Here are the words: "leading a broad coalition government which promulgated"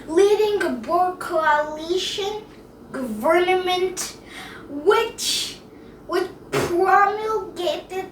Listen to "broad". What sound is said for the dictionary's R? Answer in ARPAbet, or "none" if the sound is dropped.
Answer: none